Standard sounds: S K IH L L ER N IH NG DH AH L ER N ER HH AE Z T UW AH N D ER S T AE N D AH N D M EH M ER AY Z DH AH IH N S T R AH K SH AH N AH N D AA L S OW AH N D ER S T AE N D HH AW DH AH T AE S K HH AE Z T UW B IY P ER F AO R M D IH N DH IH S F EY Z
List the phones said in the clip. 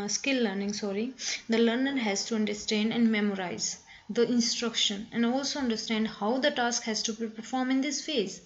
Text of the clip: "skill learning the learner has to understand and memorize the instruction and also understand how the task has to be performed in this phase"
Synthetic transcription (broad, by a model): S K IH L L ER N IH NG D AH L ER N ER HH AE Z T UW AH N D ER S T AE N D AH N D M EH M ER AY Z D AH IH N S T R AH K SH AH N AH N D AA L S OW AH N D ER S T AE N D HH AW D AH T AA S K HH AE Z T UW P P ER F AO R M IH N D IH S F EY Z